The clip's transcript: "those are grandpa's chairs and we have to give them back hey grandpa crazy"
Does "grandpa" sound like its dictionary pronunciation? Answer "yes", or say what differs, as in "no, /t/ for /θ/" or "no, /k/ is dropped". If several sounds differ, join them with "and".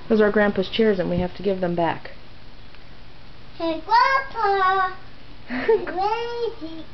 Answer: no, /w/ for /ɹ/ and /m/ is dropped